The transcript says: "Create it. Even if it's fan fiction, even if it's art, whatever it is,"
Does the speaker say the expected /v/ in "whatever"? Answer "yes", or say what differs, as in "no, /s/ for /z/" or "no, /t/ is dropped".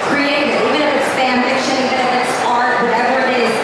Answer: yes